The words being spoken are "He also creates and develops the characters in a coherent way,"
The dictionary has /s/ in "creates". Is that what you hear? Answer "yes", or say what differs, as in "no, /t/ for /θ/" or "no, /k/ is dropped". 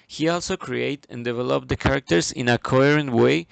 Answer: no, /s/ is dropped